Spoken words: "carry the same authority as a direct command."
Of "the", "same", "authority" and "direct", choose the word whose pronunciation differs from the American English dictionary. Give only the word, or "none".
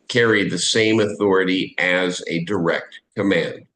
none